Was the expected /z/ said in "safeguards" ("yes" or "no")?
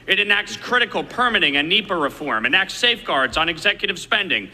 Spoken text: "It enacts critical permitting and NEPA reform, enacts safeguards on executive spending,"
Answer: yes